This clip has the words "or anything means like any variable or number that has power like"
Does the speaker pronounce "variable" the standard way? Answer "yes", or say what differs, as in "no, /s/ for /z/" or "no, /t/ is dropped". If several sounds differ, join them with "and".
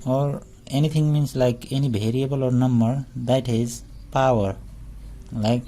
no, /b/ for /v/